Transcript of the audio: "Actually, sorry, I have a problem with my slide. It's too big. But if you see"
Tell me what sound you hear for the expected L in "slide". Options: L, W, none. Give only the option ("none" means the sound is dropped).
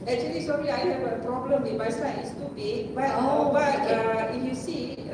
none